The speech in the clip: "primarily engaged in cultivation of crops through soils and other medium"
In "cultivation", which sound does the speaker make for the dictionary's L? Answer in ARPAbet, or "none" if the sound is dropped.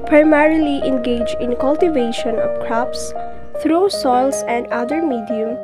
L